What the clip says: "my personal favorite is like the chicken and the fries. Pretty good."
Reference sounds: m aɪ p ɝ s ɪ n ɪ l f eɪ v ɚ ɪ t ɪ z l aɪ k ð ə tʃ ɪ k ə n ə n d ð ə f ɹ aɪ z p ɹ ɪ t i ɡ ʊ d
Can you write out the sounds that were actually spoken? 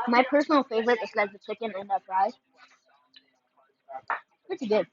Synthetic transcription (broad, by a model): m aɪ p ɝ s n l f eɪ v ɚ ɪ t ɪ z l aɪ k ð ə tʃ ɪ k ə n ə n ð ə p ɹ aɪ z p ɹ ɪ t i ɡ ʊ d